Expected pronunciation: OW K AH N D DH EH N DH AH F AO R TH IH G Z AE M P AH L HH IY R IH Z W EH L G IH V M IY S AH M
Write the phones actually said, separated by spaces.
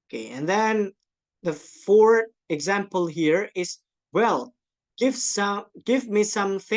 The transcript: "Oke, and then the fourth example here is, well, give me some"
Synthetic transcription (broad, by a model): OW K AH N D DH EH N DH AH F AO R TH IH G Z AE M P AH L HH IY R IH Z W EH L G IH V M IY S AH M